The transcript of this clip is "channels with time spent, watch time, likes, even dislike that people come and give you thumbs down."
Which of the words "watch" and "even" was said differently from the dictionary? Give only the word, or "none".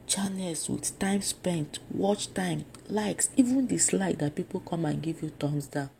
none